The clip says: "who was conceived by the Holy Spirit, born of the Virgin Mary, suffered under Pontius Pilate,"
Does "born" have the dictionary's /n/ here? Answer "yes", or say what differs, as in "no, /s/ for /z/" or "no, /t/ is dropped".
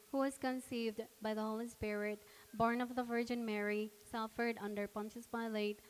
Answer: yes